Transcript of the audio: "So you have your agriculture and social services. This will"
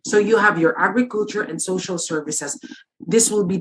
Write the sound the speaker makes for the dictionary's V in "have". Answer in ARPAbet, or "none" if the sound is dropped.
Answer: V